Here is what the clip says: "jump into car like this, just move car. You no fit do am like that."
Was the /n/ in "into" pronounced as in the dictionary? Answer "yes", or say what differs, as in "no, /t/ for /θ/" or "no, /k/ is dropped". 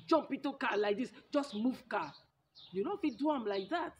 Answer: no, /n/ is dropped